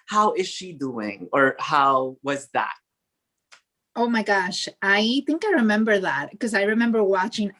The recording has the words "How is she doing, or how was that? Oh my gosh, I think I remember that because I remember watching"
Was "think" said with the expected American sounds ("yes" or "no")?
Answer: yes